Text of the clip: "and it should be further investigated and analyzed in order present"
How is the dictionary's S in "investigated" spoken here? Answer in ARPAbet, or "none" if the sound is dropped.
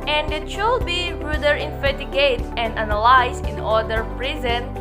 none